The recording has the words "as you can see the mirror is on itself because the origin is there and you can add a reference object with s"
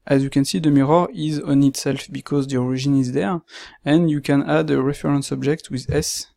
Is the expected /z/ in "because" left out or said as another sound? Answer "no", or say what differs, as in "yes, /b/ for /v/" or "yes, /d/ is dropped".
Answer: no